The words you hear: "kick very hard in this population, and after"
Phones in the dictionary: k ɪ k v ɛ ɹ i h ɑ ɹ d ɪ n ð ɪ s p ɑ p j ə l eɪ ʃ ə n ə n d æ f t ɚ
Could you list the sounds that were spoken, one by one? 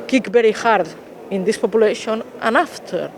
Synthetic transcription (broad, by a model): k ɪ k b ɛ ɹ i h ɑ ɹ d ɪ n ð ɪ s p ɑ p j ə l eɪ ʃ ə n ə n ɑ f t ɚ